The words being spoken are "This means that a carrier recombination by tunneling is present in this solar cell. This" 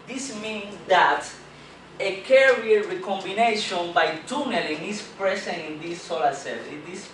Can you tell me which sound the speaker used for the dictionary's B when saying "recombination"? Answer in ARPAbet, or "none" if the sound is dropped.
B